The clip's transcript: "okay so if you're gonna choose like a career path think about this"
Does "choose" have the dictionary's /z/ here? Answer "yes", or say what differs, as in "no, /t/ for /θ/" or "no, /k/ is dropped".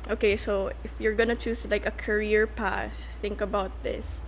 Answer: no, /s/ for /z/